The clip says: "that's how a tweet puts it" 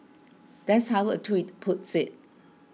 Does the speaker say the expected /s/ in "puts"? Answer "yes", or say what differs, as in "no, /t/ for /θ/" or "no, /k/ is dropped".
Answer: yes